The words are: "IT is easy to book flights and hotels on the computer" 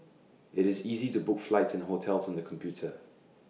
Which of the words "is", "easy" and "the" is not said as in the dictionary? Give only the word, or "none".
none